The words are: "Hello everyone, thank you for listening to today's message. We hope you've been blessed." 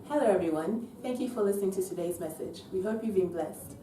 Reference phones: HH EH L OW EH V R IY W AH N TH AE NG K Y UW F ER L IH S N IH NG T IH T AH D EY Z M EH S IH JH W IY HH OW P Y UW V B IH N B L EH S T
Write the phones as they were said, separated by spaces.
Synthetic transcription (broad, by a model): HH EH L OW EH V R IY W AH N TH AE NG K Y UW F ER L IH S N IH NG T IH T AH D EY Z M EH S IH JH W IY HH OW P Y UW V B IH N B L EH S T